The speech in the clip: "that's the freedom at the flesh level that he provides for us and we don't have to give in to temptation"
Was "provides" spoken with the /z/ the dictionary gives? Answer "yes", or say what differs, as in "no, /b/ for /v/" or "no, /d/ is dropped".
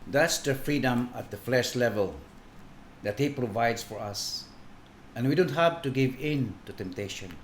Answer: no, /s/ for /z/